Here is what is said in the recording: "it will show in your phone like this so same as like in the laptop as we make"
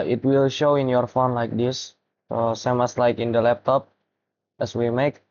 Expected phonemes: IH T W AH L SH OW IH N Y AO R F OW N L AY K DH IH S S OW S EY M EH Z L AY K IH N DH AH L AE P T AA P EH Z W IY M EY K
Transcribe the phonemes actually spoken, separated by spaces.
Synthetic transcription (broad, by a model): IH T W AH L SH OW IH N Y AO R F OW N L AY K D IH S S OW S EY M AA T L AY K IH N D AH L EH P T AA P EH S W IY M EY K